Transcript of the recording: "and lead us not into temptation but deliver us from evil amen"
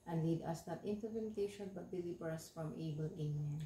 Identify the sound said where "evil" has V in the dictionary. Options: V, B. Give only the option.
B